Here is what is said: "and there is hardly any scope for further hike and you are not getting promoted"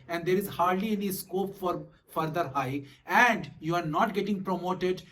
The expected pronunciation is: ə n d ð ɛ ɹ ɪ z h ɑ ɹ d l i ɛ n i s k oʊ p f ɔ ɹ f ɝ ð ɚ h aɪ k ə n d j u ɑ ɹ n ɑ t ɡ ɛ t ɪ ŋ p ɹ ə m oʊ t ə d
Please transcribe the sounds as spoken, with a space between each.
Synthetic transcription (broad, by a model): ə n d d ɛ ɹ ɪ z h ɑ ɹ d l i ɛ n i s k oʊ p f ɔ ɹ f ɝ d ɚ h aɪ ə n d j u ɑ ɹ n ɑ t ɡ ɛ t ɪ ŋ p ɹ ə m oʊ t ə d